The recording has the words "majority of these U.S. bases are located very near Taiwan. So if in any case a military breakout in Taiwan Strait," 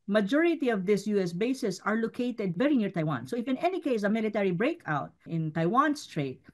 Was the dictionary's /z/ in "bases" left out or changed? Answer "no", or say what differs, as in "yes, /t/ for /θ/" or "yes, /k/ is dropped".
yes, /s/ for /z/